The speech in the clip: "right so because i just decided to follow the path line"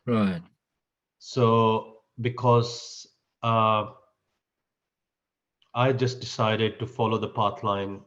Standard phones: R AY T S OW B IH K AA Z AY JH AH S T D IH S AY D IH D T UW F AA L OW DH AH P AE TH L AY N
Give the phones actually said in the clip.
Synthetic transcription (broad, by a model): R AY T S OW B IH K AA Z AY JH AH S T D IH S AY D IH D T UW F AA L OW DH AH P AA T L AY N